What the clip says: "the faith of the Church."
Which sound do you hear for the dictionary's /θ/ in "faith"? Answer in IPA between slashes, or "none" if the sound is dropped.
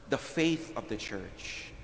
/θ/